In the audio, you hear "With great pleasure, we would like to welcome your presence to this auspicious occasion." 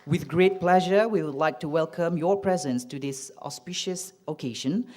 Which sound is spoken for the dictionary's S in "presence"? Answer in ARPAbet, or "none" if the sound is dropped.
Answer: S